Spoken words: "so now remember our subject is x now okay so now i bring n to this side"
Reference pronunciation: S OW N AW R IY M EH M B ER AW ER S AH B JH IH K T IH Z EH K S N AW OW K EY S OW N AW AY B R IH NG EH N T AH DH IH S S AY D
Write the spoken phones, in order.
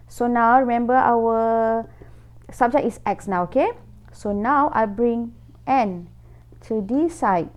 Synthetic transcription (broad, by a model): S OW N AW R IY M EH M B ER AW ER S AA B JH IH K IH S EH K S N AW OW K EY S OW N AW AY B R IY NG EH N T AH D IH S S AY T